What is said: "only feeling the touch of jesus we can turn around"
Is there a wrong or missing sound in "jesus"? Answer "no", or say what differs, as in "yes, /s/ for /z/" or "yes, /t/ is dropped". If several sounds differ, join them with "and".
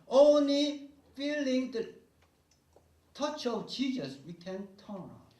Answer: yes, /tʃ/ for /dʒ/